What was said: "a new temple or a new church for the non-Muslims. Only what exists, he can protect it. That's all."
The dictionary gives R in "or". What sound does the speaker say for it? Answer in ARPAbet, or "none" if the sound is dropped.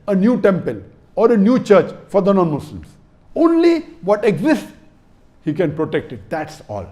R